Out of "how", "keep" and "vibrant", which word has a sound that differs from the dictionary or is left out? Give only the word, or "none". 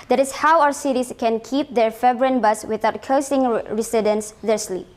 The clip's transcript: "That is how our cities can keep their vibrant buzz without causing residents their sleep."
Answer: vibrant